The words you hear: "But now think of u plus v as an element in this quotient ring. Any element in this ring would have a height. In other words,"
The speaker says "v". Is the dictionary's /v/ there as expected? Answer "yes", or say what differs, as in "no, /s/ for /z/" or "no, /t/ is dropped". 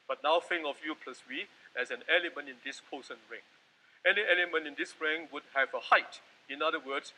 no, /w/ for /v/